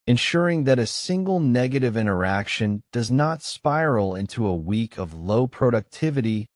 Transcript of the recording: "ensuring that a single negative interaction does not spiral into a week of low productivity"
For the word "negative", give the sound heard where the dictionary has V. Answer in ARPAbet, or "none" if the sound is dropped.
V